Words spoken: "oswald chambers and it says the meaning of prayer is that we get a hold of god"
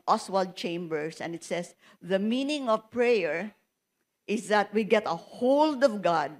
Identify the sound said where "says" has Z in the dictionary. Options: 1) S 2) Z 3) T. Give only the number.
1